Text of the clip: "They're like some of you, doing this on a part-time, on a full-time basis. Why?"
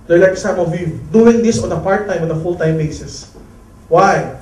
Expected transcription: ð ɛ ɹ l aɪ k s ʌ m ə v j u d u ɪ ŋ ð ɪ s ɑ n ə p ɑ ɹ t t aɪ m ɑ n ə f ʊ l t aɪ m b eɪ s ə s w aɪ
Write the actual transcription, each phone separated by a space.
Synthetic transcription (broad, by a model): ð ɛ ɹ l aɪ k s ʌ m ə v j u d u ɪ ŋ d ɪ s ɑ n ə p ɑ ɹ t t aɪ m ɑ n ə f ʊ l t aɪ m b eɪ s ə s w aɪ